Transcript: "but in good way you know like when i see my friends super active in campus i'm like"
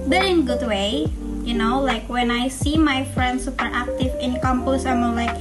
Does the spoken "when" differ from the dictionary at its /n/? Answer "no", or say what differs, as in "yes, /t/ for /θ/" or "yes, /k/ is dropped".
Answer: no